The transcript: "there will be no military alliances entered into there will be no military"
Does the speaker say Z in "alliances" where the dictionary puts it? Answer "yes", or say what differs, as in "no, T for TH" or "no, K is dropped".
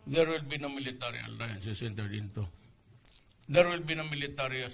no, S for Z